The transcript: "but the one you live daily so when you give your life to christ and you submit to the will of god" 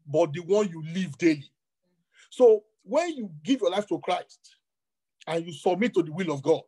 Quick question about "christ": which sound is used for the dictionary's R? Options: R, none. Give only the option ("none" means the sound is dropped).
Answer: R